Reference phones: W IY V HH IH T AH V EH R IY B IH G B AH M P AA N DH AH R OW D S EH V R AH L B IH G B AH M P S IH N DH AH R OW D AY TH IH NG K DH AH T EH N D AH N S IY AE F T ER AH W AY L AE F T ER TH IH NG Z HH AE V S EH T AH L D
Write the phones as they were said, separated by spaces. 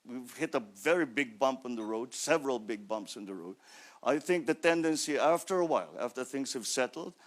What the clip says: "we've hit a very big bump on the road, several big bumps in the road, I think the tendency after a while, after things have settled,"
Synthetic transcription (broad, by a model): W IY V HH IH T AH V EH R IY B IH G B AH M P N DH AH R OW D S EH V R AH L B IH G B AH M P S IH N DH AH R OW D AY TH IH NG K DH AH T EH N D AH N S IY AE F T ER AH W AY L AE F T ER TH IH NG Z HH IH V S EH T L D